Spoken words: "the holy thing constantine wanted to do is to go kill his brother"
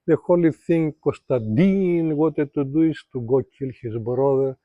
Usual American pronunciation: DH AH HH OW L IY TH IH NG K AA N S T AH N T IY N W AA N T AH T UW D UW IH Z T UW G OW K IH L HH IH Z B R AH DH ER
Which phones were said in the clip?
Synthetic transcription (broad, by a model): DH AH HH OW L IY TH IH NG K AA S T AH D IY N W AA T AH T UW D UW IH S T UW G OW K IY L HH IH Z B R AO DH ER